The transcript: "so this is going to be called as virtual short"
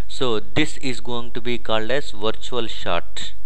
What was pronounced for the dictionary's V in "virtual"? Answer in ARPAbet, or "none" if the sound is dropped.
V